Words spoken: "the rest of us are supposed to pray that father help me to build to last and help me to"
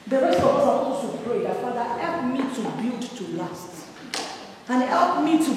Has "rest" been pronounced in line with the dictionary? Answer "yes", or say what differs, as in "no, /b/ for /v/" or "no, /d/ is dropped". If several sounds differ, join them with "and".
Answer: no, /t/ is dropped